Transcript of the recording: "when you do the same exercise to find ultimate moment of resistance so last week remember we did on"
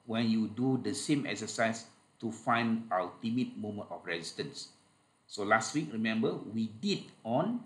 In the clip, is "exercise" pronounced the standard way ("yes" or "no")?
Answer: no